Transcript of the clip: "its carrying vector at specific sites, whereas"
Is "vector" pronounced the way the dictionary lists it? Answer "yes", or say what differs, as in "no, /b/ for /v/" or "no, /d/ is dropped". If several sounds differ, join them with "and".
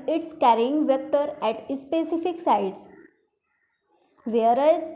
yes